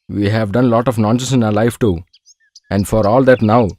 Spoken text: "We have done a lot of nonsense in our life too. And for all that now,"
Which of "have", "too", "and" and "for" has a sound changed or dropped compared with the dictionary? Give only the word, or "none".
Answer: none